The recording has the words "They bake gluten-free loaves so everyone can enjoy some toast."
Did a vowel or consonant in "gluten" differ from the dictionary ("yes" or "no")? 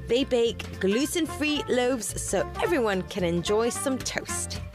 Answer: yes